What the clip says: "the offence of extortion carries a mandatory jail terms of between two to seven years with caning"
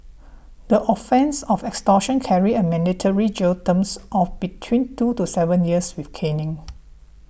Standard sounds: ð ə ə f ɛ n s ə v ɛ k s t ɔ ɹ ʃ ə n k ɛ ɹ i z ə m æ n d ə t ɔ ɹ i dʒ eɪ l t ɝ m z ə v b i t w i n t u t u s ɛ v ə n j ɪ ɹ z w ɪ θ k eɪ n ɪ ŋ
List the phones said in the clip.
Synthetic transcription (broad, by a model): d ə ə f ɛ n s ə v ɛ k s t ɔ ʃ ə n k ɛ ɹ i ə m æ n d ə t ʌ ɹ i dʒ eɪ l t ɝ m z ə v b i t w i n t u t u s ɛ v ə n j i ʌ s w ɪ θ k eɪ n ɪ ŋ